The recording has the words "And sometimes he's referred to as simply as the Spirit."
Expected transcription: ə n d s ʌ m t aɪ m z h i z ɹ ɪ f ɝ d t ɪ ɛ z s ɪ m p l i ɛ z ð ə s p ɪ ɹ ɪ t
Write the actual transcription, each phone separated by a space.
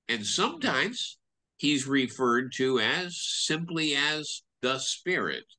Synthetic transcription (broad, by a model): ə n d s ʌ m t aɪ m z h i z ɹ ɪ f ɝ d t ɪ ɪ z s ɪ m p l i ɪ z ð ə s p ɪ ɹ ɪ t